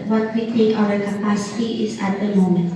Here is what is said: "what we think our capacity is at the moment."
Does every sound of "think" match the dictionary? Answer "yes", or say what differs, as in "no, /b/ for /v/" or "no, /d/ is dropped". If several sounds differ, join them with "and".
no, /t/ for /θ/ and /ŋ/ is dropped